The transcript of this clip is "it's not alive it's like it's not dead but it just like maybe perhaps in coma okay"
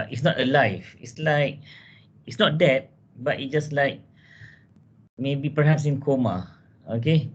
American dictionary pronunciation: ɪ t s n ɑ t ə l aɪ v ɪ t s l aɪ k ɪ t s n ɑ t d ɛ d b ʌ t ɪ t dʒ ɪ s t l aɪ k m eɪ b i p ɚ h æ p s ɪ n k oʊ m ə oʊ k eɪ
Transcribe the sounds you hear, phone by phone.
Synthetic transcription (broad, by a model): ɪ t s n ɑ t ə l aɪ f ɪ t s l aɪ k ɪ t s n ɑ t d ɛ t b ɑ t ɪ t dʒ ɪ s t l aɪ k m eɪ b i p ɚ h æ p s ɪ n k oʊ m ə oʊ k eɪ